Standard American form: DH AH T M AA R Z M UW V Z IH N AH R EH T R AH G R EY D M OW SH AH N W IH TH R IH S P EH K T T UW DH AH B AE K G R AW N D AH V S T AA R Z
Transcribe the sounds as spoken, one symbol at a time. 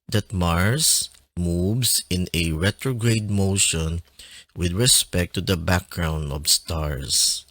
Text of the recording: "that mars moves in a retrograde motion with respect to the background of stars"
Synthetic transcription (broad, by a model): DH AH T M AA R S M UW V S IH N AH R EH T R AH G R EY D M OW SH AH N W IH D R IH S P EH K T T UW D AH B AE K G R AW N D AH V S T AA R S